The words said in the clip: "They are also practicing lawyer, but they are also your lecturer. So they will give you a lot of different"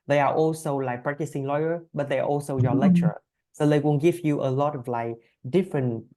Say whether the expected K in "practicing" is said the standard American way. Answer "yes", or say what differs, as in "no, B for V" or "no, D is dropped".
yes